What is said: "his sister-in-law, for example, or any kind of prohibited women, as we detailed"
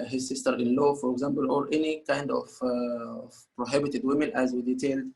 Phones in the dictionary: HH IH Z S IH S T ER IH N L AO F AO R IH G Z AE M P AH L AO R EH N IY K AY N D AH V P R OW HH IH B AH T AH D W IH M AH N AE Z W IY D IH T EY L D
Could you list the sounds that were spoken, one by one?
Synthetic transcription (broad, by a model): HH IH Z S IH S T ER IH N L AO F AO R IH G Z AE M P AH L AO R EH N IY K AY N D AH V P R OW HH IH B AH T AH D W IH M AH N AE Z W IY D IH T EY L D